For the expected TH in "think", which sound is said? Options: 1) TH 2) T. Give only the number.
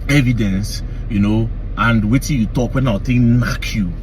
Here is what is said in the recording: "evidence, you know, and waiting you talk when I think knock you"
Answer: 2